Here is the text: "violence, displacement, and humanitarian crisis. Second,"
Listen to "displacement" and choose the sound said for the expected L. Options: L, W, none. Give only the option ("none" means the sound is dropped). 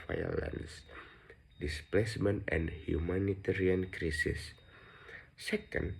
L